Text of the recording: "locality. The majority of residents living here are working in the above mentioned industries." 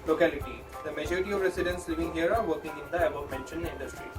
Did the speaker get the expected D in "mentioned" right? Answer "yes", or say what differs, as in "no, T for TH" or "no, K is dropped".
no, D is dropped